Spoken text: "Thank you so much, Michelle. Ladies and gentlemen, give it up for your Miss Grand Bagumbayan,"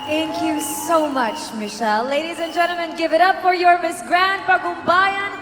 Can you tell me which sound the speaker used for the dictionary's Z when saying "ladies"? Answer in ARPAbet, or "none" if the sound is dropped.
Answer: Z